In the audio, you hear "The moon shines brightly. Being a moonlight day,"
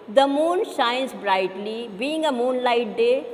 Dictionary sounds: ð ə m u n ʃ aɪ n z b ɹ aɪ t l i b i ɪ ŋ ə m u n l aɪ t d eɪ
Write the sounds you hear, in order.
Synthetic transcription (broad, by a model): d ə m u n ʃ aɪ n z b ɹ aɪ t l i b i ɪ ŋ ə m u n l aɪ t d eɪ